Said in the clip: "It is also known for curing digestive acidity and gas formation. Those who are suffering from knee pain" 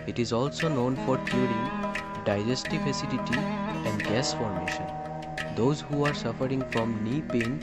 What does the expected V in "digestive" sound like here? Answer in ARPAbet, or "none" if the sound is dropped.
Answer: F